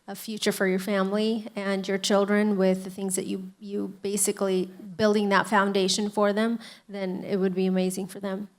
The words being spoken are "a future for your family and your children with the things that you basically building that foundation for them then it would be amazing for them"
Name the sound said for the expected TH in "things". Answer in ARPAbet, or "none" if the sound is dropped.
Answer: TH